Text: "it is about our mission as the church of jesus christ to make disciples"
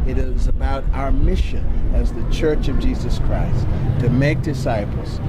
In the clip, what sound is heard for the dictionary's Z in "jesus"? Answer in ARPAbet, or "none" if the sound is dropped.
Z